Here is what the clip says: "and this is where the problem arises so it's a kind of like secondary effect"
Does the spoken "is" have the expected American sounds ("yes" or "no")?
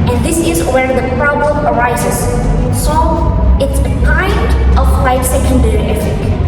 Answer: yes